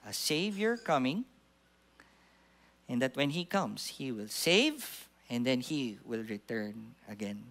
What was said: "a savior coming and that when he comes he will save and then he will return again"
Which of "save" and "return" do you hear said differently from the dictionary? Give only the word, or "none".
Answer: none